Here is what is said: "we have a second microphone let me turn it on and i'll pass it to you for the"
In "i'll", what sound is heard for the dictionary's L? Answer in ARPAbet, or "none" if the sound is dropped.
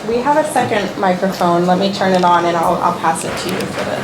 L